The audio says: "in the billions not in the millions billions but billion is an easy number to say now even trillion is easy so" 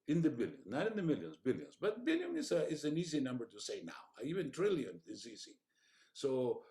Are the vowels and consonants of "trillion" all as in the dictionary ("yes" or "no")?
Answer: yes